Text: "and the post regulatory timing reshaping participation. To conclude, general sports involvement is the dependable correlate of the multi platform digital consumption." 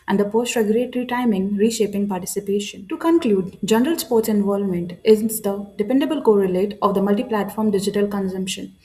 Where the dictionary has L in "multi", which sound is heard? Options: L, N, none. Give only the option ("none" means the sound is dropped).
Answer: L